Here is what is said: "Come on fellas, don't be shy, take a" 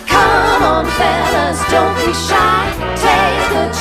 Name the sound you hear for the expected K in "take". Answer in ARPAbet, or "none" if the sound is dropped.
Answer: none